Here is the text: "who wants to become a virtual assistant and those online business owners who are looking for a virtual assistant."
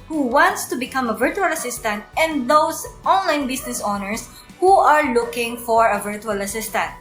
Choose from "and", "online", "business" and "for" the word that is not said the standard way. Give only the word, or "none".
business